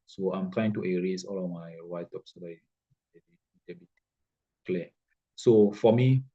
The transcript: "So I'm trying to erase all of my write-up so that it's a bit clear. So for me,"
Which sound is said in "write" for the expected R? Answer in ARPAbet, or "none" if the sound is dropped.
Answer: W